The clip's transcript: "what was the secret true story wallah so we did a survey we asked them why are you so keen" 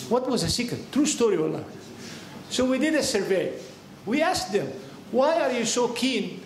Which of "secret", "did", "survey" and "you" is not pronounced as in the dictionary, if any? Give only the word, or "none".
secret